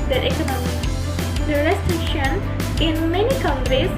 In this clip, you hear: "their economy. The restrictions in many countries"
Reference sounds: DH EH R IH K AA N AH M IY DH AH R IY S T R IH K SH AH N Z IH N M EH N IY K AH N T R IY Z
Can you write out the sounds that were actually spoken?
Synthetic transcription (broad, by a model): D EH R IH K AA N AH M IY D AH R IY S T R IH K SH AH N IH N M EH N IY K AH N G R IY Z